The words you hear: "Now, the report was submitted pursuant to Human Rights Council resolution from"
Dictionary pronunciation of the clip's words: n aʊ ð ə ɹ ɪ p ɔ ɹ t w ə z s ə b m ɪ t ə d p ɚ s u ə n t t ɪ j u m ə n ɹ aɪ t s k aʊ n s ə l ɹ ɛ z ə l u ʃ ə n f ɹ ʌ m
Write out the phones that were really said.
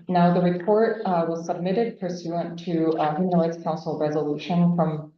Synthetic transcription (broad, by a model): n aʊ ð ə ɹ ɪ p ɔ ɹ t w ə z s ə b m ɪ t ə d p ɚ s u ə n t t ɪ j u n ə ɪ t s k aʊ n s l ɹ ɛ z ə l u ʃ ə n f ɹ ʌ m